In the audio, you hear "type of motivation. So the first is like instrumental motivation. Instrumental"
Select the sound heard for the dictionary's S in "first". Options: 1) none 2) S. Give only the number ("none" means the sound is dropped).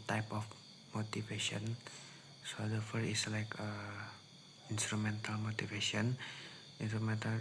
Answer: 1